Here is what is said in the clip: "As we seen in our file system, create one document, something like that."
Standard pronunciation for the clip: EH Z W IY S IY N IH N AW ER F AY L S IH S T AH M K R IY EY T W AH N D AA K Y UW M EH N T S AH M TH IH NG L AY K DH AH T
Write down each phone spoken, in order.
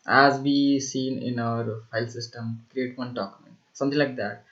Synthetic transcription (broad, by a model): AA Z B IY S IY N IH N AW ER P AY L S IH S T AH M K R IY EY T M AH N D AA K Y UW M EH N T S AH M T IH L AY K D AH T